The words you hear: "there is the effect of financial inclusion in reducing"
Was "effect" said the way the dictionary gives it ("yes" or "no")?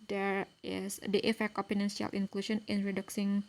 yes